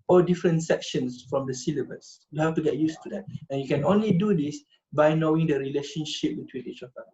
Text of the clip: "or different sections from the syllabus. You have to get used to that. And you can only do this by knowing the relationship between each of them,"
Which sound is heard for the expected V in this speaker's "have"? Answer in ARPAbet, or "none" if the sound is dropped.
F